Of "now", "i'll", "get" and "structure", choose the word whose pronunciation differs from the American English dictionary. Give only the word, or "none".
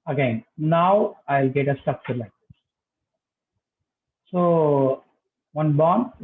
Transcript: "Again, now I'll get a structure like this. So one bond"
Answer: structure